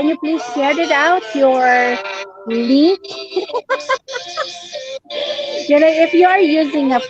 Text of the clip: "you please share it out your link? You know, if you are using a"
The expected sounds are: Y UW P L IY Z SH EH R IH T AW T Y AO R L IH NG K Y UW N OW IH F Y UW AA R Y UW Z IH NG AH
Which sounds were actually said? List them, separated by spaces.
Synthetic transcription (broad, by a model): Y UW P L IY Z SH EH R IH T AW T Y AO R L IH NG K Y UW N OW IH F Y UW AA R Y UW Z IH NG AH